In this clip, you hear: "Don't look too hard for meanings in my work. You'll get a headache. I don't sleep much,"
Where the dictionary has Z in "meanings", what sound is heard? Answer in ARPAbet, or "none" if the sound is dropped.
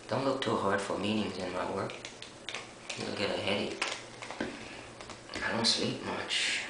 Z